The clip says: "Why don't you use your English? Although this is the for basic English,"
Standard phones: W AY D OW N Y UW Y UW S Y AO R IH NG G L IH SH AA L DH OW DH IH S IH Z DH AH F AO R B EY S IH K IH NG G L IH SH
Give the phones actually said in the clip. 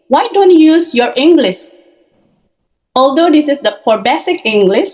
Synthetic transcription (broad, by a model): W AY D OW N Y UW Y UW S Y AO R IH NG G L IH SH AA L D OW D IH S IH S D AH P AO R B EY S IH K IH NG G L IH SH